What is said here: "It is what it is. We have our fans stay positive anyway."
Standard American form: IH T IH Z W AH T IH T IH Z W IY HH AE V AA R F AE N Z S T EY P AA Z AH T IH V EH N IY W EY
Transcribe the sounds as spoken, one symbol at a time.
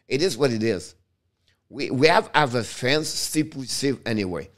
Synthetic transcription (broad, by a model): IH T IH Z W AH T IH T IH Z W IY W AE V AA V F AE N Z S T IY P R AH S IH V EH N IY W EY